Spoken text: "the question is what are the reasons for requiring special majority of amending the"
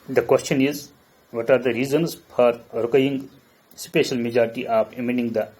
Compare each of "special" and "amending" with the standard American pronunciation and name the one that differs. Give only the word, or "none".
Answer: amending